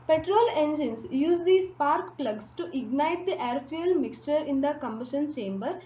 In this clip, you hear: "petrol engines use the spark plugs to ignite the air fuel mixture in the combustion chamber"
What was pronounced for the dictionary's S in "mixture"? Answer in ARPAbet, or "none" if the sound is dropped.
S